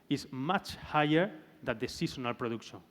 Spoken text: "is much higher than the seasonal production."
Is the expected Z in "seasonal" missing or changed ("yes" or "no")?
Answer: yes